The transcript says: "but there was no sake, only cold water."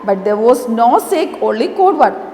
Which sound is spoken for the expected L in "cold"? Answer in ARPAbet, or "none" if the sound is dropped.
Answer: none